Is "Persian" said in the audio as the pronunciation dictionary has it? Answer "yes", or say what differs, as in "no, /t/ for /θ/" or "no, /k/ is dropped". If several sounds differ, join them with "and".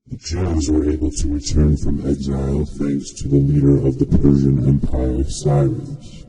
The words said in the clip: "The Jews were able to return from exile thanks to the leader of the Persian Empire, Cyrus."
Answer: yes